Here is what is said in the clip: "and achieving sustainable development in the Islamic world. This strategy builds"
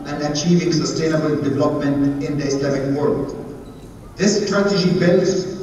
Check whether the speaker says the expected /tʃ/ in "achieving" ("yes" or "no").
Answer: yes